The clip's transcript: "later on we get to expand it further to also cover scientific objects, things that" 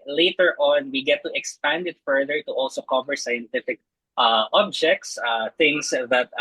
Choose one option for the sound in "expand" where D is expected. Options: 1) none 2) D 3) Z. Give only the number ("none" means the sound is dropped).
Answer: 2